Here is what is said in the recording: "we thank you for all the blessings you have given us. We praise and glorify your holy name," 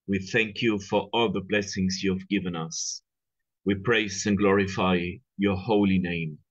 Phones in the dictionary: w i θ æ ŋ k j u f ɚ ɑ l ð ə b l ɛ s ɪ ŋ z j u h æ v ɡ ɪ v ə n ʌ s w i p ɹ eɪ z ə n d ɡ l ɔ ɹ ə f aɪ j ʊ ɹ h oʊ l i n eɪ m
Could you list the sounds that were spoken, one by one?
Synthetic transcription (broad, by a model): w i θ æ ŋ k j u f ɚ ɑ l ð ə b l ɛ s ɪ ŋ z j u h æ v ɡ ɪ v ə n ʌ s w i p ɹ eɪ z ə n ɡ l ɔ ɹ ə f aɪ j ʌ ɹ h oʊ l i n eɪ m